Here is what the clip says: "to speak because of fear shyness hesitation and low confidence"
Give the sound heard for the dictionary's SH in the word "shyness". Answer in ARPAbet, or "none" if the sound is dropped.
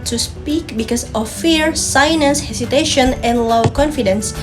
S